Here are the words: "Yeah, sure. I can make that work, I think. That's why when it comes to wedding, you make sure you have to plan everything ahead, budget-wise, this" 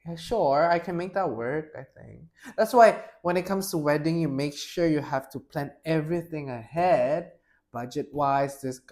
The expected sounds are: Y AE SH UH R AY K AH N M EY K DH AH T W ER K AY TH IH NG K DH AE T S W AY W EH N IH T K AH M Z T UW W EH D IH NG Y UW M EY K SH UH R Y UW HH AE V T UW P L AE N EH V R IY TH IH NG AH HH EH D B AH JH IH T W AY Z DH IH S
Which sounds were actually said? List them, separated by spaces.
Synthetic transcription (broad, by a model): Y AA SH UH R AY K AH N M EY K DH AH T W ER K AY TH IH NG K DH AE T S W AY W EH N IH T K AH M S T UW W EH D IH NG Y UW M EY K SH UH R Y UW HH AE F T UW P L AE N EH V R IY TH IH NG AH HH EH D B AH JH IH T W AY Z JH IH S